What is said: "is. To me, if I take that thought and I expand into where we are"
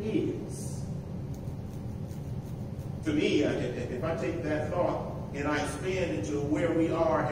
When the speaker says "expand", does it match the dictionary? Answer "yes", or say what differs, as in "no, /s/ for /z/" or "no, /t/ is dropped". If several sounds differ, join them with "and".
no, /k/ is dropped